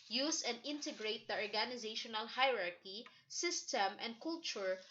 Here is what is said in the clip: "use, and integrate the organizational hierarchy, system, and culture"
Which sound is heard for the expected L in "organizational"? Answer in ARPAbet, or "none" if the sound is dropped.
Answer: L